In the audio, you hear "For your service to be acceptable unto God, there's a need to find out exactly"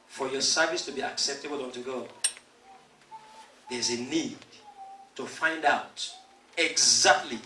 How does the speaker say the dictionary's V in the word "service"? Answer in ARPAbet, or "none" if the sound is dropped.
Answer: V